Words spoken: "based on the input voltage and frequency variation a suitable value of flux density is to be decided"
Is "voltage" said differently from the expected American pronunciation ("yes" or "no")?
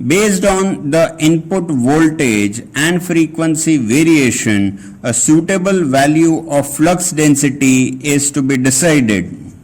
no